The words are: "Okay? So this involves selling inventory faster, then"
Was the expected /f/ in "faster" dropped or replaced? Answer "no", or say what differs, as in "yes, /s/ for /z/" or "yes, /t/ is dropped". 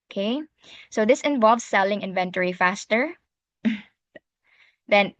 no